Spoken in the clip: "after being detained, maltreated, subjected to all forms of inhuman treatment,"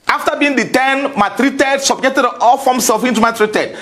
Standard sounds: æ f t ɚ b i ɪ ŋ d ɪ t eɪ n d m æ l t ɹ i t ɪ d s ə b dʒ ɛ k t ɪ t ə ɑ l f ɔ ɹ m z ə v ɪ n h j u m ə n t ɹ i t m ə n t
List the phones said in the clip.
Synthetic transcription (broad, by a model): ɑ f t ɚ b i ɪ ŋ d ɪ t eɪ n m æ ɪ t ɹ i t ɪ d s ə b dʒ ɛ k t ɪ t ɑ l f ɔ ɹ m s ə f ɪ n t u m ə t ɹ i t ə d